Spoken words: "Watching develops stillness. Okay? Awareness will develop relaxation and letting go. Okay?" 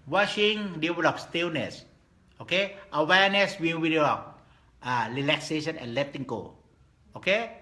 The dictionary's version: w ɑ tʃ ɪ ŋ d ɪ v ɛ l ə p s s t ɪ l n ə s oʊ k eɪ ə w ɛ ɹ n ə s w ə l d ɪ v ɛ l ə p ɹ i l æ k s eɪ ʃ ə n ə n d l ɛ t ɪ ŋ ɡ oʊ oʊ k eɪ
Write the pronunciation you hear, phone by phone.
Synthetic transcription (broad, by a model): w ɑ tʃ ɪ ŋ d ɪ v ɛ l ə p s s t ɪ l n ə s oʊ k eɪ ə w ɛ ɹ n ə s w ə w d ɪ ɔ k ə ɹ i l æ k s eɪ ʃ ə n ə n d l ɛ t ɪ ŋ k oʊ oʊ k eɪ